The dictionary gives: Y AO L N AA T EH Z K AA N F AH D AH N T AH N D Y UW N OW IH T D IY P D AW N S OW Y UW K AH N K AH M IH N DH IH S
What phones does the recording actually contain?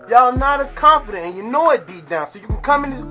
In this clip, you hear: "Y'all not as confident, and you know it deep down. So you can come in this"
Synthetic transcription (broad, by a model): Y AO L N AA T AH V K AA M F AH D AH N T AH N Y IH N OW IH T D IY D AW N S OW Y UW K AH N K AH M IH N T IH